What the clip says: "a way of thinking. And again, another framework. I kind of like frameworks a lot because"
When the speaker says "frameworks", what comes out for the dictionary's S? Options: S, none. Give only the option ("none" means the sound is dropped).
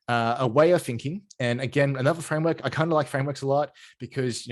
S